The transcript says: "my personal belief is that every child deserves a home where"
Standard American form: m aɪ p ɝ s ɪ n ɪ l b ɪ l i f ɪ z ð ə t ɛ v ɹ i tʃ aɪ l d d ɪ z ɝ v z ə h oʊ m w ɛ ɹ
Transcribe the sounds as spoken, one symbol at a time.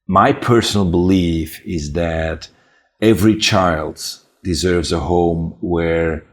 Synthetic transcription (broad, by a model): m aɪ p ɝ s n l b ɪ l i f ɪ z ð ə t ɛ v ɹ i tʃ aɪ l d d ɪ z ɝ v z ə h oʊ m w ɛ ɹ